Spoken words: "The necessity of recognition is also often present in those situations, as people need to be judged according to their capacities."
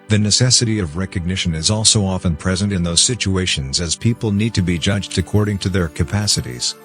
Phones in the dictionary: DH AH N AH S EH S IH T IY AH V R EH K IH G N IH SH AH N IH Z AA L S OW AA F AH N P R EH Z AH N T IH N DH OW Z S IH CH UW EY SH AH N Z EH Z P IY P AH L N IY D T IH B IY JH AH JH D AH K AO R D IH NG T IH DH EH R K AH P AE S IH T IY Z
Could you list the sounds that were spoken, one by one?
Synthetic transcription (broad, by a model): DH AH N AH S EH S IH T IY AH V R EH K IH G N IH SH AH N IH Z AA L S OW AA F AH N P R EH Z AH N T IH N DH OW Z S IH CH UW EY SH AH N Z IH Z P IY P L N IY D T IH B IY JH AH JH D AH K AO R D IH NG T IH DH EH R K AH P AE S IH T IY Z